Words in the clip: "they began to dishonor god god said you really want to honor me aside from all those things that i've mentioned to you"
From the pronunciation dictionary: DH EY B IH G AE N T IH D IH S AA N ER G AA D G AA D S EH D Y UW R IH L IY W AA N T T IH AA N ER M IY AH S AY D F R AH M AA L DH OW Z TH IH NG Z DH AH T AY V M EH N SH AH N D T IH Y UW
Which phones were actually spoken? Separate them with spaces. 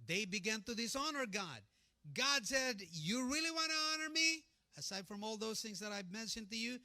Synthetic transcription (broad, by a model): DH EY B IH G AE N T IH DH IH S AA N ER G AA D G AA D S EH D Y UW R IH L IY W AA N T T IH AA N ER M IY AH S AY D F R AH M AA L DH OW Z TH IH NG Z DH AH T AY V M EH N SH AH N T IH Y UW